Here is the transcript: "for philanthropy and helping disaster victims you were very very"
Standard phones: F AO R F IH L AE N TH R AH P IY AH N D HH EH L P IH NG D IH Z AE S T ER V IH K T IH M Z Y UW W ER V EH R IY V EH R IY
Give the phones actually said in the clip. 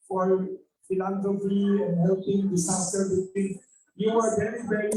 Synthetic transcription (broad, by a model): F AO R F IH L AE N T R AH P IY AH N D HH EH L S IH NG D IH S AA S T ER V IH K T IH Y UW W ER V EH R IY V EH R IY